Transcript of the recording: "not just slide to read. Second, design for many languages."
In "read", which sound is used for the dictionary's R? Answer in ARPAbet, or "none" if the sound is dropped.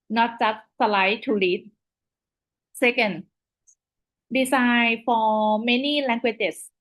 L